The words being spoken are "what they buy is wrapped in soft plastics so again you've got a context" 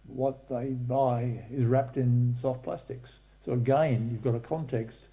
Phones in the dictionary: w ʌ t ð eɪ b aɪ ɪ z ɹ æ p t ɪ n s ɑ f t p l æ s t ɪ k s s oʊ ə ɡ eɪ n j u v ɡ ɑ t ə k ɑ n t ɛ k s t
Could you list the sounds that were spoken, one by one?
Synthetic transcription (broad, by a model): w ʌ t ð eɪ b aɪ ɪ z ɹ æ p t ɪ n s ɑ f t p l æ s t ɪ k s s oʊ ə ɡ eɪ n j u v ɡ ɑ t ə k ɑ n t ɛ k s t